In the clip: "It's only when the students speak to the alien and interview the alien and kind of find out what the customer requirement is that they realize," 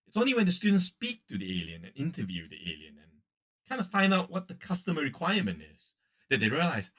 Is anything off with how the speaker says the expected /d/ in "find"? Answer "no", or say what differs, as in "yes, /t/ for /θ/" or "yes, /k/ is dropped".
no